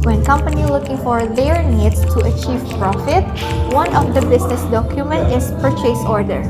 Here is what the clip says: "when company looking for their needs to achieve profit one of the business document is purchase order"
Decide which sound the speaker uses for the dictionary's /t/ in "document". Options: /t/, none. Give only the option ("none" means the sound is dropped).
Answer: /t/